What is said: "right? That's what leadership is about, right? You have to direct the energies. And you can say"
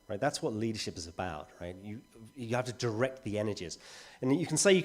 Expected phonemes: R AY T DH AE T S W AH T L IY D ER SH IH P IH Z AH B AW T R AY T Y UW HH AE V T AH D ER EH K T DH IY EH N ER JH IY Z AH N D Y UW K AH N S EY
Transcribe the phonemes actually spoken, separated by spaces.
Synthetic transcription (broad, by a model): R AY T DH AE T S W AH T L IY D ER SH IH P IH Z AH B AW T R AY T Y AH HH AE F T AH D ER EH K T DH IY EH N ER JH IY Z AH N Y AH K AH N S EY